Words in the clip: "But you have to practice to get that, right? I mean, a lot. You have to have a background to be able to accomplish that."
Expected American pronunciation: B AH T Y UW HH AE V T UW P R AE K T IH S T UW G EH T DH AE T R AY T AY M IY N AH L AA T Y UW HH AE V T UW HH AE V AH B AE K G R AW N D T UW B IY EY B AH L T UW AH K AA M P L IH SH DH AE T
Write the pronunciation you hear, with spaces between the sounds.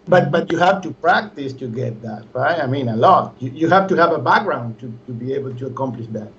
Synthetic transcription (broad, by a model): B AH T Y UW HH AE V T UW P R AE K T IH S T UW G EH T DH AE T R AY T AY M IY N AH L AA T Y UW HH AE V T UW HH AE V AH B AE K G R AW N D T UW B IY EY B AH L T UW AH K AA M P L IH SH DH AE T